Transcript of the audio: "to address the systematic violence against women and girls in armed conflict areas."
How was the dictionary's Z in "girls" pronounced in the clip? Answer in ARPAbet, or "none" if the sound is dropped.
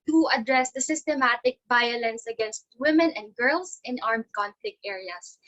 S